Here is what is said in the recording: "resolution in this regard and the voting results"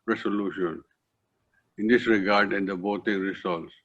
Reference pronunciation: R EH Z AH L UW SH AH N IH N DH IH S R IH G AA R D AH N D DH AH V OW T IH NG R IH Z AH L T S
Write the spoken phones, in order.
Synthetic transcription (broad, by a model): R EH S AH L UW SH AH N IH N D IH S R IH G AA R D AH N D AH B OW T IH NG R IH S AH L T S